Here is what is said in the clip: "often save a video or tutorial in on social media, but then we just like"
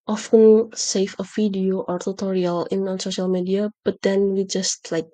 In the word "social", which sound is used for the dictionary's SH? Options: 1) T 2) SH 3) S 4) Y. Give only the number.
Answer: 2